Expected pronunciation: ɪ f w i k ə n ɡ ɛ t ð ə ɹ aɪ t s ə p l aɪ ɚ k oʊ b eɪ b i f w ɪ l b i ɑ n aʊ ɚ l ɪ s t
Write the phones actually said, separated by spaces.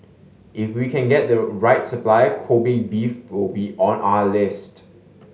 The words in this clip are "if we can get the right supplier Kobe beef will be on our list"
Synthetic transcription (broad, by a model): ɪ f w i k ə n ɡ ɛ t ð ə ɹ aɪ t s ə p l aɪ k oʊ b eɪ b i f w ɪ l b i ɑ n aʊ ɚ l ɪ s t